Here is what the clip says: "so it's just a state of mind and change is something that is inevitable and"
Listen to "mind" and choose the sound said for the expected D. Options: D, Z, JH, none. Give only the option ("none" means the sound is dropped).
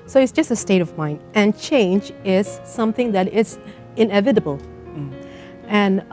D